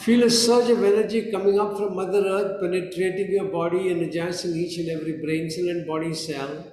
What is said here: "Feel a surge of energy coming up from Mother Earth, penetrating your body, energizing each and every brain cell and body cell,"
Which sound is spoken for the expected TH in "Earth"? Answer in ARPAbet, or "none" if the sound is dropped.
T